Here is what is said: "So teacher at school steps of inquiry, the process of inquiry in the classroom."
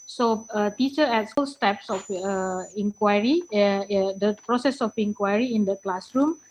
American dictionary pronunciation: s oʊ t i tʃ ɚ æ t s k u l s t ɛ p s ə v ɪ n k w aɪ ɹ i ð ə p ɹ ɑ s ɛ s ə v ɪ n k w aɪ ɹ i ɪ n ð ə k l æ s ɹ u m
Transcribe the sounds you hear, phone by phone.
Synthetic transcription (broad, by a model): s oʊ t i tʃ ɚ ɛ t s u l s t ɛ p s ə f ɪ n k w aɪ ɹ i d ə p ɹ ɑ s ɛ s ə f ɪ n k w aɪ ɹ i ɪ n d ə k l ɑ s ɹ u m